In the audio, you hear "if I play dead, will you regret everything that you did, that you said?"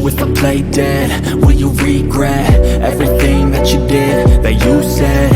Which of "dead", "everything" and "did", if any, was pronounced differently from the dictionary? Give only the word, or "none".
none